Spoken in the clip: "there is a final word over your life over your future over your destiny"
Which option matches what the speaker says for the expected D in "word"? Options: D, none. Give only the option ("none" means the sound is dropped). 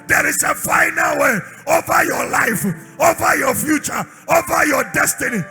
none